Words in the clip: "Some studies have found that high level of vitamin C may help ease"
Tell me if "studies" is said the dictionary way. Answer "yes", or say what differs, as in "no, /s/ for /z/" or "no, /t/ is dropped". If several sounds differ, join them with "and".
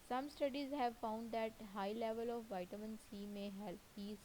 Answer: yes